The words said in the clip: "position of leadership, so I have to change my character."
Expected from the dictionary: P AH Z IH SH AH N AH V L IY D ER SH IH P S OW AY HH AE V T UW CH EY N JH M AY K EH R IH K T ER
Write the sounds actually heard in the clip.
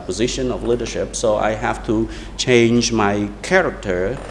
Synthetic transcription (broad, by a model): P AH Z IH SH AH N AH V L IY D ER SH IH P S OW AY HH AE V T UW CH EY N JH M AY K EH R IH K T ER